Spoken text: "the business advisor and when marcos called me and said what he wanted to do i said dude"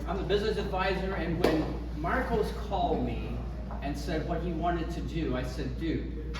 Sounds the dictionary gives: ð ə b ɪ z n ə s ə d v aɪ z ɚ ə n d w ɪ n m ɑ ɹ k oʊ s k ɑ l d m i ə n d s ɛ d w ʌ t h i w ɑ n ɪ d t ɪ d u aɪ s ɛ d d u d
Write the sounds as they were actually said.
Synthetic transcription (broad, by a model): ð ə b ɪ z n ə s ə d v aɪ z ɚ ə n w ɪ n m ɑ ɹ k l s k ɑ l d m i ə n s ɛ d w ʌ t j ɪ w ɑ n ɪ d t ɪ d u aɪ s ɛ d d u